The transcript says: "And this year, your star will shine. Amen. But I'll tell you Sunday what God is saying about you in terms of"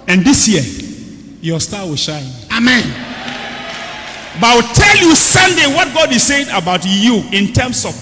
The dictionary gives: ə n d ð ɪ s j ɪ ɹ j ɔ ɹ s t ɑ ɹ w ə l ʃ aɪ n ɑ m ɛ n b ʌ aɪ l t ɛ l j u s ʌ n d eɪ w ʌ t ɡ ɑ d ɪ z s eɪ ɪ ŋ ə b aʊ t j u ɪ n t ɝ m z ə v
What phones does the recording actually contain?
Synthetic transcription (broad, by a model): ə n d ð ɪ s j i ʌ j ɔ s t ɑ w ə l ʃ aɪ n ɑ m ɛ n b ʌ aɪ w t ɛ l j u s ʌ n d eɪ w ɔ t ɡ ɑ d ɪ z s eɪ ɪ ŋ ə b aʊ t j u ɪ n t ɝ m s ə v